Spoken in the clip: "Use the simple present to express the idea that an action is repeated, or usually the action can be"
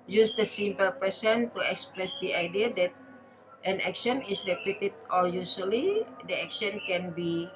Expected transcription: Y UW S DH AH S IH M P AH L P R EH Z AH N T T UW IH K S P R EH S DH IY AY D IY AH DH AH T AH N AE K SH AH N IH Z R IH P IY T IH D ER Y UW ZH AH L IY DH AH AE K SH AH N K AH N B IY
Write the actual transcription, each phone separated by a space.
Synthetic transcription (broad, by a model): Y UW S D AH S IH M P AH L P EH S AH N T T UW IH K S P R EH S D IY AY D IY AH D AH T AH N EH K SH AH N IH S R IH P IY T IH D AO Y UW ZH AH L IY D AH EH K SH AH N K AH N B IY